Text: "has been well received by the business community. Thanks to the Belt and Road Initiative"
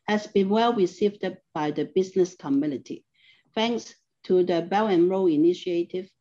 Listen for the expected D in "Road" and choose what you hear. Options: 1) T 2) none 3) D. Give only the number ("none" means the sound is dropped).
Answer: 2